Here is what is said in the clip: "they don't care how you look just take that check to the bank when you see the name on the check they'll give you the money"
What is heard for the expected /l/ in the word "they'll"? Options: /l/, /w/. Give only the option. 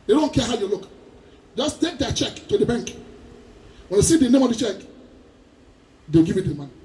/w/